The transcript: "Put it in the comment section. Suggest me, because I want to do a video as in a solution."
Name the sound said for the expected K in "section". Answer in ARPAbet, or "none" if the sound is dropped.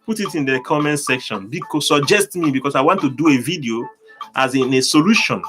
K